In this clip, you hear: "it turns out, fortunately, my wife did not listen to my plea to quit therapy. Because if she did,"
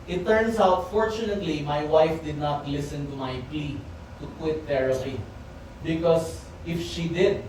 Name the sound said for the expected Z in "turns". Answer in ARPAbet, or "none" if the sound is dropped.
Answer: S